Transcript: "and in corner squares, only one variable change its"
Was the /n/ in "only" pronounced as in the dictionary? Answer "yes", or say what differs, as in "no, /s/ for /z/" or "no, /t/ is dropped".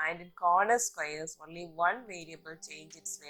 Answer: yes